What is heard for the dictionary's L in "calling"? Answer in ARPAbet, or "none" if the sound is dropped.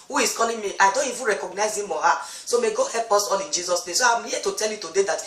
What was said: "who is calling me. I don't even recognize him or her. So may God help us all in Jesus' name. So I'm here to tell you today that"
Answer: N